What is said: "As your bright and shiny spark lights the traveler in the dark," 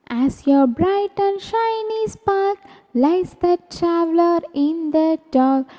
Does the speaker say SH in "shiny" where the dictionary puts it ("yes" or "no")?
yes